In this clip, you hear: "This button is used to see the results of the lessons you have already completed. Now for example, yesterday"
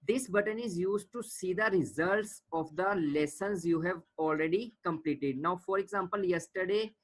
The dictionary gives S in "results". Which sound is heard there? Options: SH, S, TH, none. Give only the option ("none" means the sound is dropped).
S